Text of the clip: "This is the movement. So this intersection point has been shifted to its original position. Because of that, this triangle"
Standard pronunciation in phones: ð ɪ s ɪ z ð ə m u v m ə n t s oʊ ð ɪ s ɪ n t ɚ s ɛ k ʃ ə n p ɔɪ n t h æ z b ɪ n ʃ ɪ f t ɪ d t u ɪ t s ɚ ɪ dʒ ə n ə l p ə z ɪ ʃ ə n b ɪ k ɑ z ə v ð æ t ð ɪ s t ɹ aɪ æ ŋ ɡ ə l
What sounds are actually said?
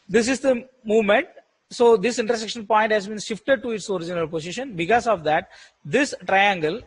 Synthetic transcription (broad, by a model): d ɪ s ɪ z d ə m u v m ə n t s oʊ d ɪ s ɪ n t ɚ s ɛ k ʃ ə n p ɔɪ n t h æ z b ɪ n ʃ ɪ f t ɪ d t u ɪ t s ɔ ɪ dʒ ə n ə l p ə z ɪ ʃ ə n b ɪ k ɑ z ə v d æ t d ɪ s t ɹ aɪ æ ŋ ɡ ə l